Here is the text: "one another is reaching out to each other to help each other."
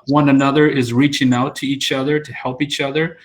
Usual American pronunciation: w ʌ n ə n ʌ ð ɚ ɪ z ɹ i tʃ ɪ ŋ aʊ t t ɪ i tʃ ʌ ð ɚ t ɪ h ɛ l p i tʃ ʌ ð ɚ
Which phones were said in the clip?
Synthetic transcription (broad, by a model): w ʌ n ə n ʌ ð ɚ ɪ z ɹ i tʃ ɪ ŋ aʊ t t ɪ i tʃ ʌ ð ɚ t ɪ h ɛ l p i tʃ ʌ ð ɚ